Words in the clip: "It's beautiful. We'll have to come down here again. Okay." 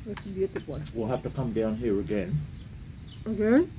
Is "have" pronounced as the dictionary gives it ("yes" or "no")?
no